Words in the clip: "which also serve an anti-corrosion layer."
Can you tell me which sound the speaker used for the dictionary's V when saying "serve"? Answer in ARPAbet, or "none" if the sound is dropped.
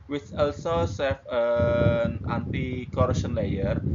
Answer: F